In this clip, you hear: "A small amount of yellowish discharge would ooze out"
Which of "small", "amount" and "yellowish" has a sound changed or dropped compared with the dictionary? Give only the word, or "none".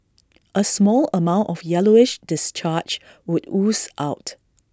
none